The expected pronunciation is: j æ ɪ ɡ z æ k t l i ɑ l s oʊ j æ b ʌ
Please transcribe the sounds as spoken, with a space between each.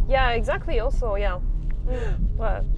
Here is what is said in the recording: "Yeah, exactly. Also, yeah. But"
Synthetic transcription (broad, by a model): j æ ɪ ɡ z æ k t l i ɑ l s oʊ j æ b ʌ